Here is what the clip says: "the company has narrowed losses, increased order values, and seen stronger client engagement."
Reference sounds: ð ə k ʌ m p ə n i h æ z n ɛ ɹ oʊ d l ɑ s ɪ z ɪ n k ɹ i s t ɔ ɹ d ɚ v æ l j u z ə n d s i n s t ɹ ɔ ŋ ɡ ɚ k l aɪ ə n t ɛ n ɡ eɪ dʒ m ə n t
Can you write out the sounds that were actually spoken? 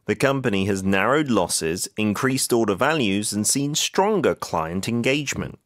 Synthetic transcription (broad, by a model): ð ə k ʌ m p ə n i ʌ z n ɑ ɹ oʊ d l ɑ s ɪ z ɪ n k ɹ i s t ɔ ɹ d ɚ v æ l j u z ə n s i n s t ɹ ɔ ŋ ɡ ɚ k l aɪ ə n t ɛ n ɡ eɪ dʒ m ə n t